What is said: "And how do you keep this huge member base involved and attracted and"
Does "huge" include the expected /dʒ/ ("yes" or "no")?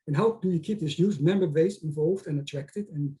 no